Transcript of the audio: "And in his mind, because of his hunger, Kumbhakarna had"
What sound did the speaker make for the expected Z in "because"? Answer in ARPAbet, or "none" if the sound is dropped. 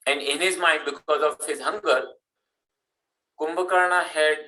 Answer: Z